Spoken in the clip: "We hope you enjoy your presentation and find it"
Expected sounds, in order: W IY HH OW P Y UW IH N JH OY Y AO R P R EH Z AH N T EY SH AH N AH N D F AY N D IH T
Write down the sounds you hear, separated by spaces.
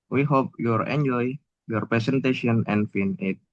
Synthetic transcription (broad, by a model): W IY HH OW P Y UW IH N JH OY Y AO R P R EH S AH N T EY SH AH N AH N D F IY N IH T